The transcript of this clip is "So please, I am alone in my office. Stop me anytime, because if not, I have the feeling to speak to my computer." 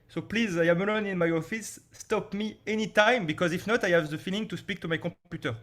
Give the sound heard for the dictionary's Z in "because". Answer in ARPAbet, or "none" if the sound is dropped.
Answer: Z